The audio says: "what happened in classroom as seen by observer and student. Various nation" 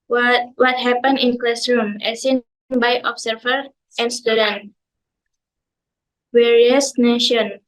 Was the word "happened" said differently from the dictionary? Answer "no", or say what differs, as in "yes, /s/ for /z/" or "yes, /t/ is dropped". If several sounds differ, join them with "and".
yes, /d/ is dropped